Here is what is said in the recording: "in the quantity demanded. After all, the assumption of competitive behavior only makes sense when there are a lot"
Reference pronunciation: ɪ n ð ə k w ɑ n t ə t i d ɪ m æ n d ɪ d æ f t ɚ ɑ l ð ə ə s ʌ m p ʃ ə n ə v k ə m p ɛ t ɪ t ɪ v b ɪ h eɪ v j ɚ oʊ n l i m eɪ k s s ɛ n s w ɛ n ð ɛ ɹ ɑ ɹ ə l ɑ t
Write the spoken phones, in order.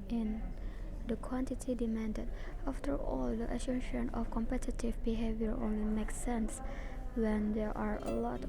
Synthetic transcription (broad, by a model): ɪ n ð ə k w ɑ n t ə t i d ɪ m æ n d ɪ d æ f t ɚ ɑ l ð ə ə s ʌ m ʃ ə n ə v k ə m p ɛ t ɪ t ɪ v b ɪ h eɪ v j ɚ oʊ n l i m eɪ k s s ɛ n s w ɛ n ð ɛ ɹ ɑ ɹ ə l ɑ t